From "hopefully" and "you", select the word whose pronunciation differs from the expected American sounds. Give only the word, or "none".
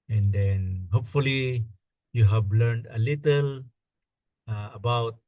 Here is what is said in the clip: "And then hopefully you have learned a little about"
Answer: none